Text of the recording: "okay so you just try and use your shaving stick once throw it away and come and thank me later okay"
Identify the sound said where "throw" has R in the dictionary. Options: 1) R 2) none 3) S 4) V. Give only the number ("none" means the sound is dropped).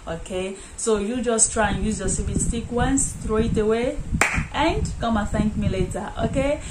1